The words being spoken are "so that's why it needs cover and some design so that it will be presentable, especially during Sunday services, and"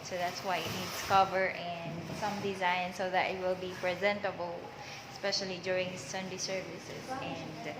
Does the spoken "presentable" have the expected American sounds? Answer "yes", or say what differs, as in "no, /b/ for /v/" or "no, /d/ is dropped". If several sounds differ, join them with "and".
yes